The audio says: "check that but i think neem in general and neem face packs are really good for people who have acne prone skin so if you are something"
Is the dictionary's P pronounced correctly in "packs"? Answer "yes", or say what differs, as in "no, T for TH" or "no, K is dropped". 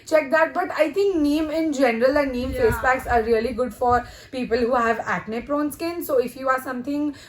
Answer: no, B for P